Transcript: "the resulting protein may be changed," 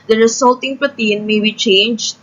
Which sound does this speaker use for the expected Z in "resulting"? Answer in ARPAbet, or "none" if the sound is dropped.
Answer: S